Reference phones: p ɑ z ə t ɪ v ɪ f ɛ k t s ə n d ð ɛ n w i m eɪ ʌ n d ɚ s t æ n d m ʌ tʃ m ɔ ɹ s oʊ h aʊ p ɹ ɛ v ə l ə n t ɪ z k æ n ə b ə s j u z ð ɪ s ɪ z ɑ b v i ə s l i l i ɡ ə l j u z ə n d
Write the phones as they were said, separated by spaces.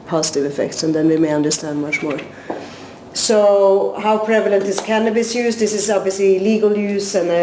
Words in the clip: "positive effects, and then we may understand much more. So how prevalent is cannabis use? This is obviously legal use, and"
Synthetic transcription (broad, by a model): p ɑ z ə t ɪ v ɪ f ɛ k t s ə n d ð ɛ n w i m eɪ ʌ n d ɚ s t æ n d m ʌ tʃ m ɔ ɹ s oʊ h aʊ p ɹ ɛ v ə l ə n t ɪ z k æ n ə b ə s j u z ð ɪ s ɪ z ɑ b v i ə s l i l i ɡ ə l j u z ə n